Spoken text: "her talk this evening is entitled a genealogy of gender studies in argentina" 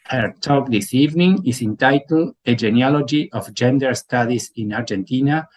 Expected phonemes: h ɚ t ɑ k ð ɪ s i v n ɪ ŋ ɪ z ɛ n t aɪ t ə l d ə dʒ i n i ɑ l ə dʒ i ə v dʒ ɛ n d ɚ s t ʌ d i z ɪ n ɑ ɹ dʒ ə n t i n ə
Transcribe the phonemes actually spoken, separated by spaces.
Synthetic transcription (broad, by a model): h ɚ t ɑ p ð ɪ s i v n ɪ ŋ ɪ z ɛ n t aɪ t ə l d ə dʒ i n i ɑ l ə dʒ i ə f dʒ ɛ n d ɚ s t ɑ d i s ɪ n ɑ ɹ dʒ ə n t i n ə